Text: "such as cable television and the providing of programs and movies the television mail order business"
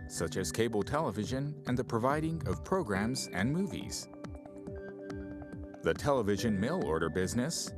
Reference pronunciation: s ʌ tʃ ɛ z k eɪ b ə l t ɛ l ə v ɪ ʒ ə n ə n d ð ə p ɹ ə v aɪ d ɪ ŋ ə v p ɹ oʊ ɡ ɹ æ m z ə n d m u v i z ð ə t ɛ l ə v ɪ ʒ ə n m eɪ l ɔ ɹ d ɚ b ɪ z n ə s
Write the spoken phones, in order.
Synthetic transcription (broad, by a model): s ʌ tʃ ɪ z k eɪ b l t ɛ l ə v ɪ ʒ ə n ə n ð ə p ɹ ə v aɪ d ɪ ŋ ə v p ɹ oʊ ɡ ɹ æ m z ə n m u v i z ð ə t ɛ l ə v ɪ ʒ ə n m eɪ l ɔ ɹ d ɚ b ɪ z n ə s